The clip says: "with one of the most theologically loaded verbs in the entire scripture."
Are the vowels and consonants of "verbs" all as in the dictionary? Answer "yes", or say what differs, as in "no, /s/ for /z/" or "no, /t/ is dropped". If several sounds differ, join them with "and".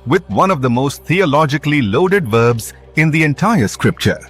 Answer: yes